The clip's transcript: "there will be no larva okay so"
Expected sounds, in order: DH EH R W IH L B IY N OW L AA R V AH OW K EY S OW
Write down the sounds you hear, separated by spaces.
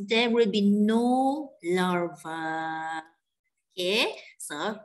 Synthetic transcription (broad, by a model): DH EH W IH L B IY N OW L AA R V AH OW K EY S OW